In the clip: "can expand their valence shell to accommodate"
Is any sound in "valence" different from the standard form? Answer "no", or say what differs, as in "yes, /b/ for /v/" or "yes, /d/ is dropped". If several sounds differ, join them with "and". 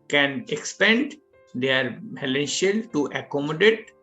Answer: yes, /p/ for /v/